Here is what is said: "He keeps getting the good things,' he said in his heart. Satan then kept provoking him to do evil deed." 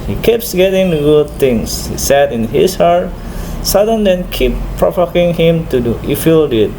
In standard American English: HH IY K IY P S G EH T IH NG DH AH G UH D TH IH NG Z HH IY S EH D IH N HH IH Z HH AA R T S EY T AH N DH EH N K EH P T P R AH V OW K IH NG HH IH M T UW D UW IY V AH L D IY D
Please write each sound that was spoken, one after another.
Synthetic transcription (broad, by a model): HH IY K IY P S G EH T IH NG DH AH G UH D T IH NG S HH IY S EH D IH N HH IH S HH AA R T S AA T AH N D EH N K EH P P R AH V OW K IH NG HH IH M T UW D UW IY F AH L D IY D